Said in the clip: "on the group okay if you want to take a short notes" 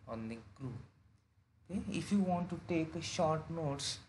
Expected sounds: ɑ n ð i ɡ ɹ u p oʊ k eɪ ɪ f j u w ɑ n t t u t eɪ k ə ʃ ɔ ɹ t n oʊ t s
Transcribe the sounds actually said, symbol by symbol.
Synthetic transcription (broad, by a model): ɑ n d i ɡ ɹ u oʊ k eɪ ɪ f j u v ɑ n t t u t eɪ k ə ʃ ɔ ɹ t n oʊ t s